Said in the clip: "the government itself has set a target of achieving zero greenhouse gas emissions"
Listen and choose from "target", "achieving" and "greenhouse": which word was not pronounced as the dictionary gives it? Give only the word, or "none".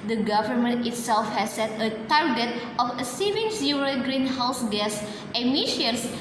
achieving